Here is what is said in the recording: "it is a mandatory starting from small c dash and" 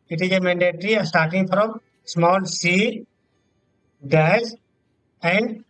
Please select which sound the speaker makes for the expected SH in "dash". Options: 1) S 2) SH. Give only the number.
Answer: 1